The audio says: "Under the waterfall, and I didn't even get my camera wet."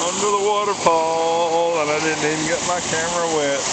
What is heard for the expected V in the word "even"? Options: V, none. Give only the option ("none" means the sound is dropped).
none